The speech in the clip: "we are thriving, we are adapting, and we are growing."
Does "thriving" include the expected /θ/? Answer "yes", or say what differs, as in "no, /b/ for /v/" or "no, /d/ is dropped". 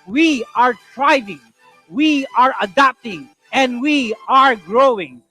no, /t/ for /θ/